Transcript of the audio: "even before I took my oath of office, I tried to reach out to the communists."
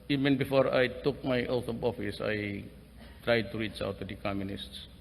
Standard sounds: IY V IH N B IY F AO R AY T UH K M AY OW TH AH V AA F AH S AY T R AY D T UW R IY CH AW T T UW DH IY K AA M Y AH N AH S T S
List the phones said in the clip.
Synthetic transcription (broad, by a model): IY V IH N B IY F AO R AY T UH K M AY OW T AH B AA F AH S AY T R AY D T UW R IY CH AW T T UW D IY K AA M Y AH N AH S T S